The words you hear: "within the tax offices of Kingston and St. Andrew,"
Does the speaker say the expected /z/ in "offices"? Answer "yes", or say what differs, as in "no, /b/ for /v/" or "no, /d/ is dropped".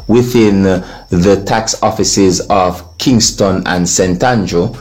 yes